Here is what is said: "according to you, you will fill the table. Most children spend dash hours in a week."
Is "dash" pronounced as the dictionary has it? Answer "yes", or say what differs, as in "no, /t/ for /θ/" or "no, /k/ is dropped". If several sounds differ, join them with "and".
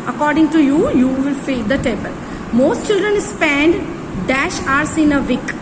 yes